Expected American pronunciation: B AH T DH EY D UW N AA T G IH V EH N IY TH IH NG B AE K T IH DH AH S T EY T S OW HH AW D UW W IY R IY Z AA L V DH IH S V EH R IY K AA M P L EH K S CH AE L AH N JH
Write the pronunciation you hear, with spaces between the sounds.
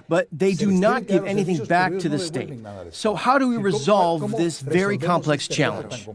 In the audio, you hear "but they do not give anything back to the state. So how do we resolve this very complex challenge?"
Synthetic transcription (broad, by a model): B AH T DH EY D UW N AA T G IH V EH N IY TH IH NG B AE K T IH DH AH S T EY T S OW HH AW D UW W IY R IY Z AA L V DH IH S V EH R IY K AA M P L EH K S CH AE L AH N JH